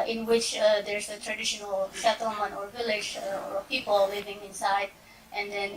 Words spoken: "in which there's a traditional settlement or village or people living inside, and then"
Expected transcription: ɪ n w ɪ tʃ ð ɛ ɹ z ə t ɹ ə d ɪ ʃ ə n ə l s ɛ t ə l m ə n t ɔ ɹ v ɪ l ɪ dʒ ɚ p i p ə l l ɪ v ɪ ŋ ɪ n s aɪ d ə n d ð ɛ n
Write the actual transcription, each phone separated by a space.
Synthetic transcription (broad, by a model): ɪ n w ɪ tʃ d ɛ ɹ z ə t ɹ ə d ɪ ʃ ə n ə l ʃ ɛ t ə m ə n ɔ ɹ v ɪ l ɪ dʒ p i p ə l l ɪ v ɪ ŋ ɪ n s aɪ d ə n d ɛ n